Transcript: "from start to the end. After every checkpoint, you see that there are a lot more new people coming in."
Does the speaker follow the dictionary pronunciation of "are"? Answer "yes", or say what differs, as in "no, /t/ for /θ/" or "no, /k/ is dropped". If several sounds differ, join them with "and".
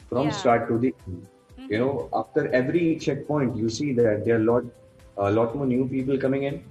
no, /l/ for /ɹ/